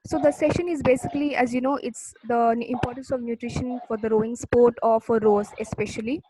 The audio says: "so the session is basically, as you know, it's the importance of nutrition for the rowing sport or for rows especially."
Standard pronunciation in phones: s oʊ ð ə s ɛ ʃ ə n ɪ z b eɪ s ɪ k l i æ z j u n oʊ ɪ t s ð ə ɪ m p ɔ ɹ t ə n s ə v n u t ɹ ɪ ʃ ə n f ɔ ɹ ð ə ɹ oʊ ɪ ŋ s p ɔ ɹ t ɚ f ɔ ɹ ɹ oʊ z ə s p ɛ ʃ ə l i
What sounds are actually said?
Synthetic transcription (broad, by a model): s oʊ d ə s ɛ ʃ ə n ɪ z b eɪ s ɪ k l i æ z j u n oʊ ɪ t s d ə ɪ m p ɔ ɹ t ə n s ə v n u t ɹ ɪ ʃ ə n f ɔ ɹ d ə ɹ oʊ ɪ ŋ s p ɔ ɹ t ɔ f ɔ ɹ ɹ oʊ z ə s p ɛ ʃ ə l i